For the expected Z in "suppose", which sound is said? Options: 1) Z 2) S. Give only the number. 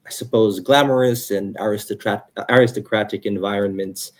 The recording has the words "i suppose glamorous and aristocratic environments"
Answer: 1